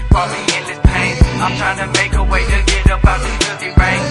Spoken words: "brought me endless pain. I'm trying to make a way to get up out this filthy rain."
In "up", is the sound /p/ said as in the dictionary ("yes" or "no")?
no